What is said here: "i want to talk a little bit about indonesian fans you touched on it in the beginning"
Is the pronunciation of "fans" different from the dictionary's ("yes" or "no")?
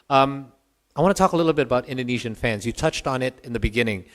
no